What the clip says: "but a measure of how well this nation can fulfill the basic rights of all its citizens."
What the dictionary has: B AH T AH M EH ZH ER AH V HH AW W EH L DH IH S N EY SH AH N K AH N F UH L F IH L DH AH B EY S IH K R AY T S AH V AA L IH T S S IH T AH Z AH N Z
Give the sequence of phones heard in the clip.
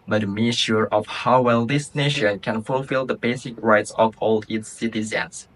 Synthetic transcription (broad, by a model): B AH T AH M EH SH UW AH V HH AW W EH L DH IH S N EY SH AH N K AH N F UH L F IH L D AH B EY S IH K R AY T S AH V AA L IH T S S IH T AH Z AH N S